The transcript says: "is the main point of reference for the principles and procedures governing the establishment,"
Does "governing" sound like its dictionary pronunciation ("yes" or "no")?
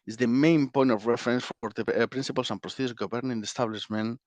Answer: no